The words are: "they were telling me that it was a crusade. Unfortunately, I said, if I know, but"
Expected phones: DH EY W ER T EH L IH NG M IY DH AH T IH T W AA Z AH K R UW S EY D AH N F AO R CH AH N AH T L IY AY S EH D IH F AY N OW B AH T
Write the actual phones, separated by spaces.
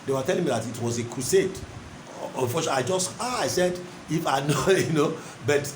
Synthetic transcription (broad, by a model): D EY W ER T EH L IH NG M IY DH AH T IH T W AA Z AH K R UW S EY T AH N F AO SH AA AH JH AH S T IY AY S EH D IH F AY N OW B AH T